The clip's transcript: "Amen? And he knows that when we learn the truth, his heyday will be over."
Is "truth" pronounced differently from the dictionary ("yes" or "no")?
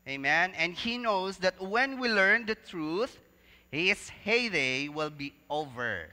no